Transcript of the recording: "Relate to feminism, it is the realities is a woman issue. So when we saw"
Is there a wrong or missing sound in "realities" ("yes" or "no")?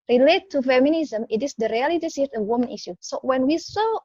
yes